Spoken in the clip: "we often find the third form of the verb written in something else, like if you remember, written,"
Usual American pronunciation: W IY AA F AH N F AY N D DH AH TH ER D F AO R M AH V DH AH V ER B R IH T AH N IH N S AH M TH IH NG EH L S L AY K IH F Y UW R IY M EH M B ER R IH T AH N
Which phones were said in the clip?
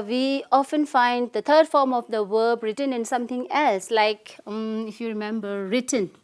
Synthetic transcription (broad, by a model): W IY AA F AH N F AY N D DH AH T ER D F AO R M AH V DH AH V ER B R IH T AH N IH N S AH M T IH NG EH L S L AY K IH F Y UW R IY M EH M B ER R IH T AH N